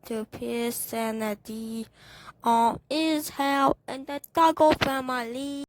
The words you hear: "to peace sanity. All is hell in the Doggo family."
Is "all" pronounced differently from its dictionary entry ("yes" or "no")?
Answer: yes